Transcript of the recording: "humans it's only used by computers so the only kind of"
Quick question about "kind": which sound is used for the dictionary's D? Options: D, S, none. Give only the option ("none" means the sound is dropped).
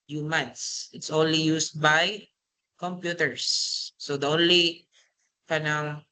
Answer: none